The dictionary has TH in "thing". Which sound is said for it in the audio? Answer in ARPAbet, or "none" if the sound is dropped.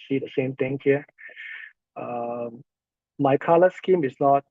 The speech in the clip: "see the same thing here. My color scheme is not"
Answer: T